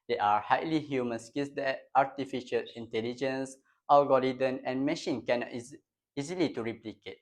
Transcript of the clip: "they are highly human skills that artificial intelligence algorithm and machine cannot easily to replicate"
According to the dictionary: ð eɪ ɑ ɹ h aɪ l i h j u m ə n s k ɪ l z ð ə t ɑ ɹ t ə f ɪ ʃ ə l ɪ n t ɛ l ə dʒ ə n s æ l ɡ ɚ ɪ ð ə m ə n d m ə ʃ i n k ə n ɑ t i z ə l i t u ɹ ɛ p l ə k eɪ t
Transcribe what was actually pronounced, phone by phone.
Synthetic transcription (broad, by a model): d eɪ ɑ ɹ h aɪ l i h j u m ə n s k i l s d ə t ɑ ɹ t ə f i ʃ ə l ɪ n t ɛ l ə dʒ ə n s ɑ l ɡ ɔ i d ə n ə n m ə ʃ i n k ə n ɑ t i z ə l i t u ɹ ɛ p l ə k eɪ t